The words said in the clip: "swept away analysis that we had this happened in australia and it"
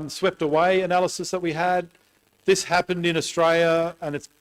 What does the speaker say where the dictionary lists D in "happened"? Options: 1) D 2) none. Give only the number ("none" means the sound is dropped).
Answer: 1